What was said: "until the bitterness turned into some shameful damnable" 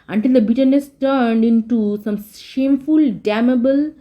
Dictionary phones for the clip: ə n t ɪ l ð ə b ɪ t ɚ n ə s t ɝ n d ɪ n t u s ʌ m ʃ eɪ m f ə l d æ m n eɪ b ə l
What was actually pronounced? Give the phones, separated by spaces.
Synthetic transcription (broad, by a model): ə n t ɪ l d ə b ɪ t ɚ n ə s t ɝ n d ɪ n t u s ʌ m ʃ eɪ m f ə l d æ m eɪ b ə l